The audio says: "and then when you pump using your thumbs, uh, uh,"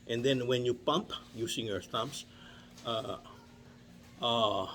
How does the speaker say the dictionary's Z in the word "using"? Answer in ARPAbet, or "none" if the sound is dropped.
S